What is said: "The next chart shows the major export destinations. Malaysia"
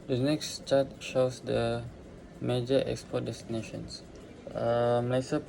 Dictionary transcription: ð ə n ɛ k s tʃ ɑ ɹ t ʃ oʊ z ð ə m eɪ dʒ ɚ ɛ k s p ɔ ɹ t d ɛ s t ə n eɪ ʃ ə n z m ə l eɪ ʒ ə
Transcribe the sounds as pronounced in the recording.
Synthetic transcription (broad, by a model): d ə n ɛ k s tʃ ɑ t ʃ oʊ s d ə m eɪ dʒ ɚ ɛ k s p ɔ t d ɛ s t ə n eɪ ʃ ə n s m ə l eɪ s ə